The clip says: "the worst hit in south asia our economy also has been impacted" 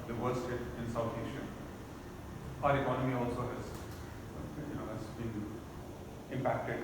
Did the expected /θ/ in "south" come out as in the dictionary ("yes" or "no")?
no